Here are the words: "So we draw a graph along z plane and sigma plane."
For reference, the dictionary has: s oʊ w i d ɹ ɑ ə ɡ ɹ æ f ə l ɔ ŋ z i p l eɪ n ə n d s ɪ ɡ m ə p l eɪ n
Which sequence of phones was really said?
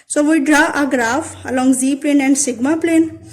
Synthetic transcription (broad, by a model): s oʊ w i d ɹ ɑ ə ɡ ɹ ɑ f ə l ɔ ŋ z i p l eɪ n ə n d s ɪ ɡ m ə p l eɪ n